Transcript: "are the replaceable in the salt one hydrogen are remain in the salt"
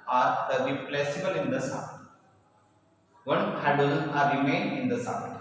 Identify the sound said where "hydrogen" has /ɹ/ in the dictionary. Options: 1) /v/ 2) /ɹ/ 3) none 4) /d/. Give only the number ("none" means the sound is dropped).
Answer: 3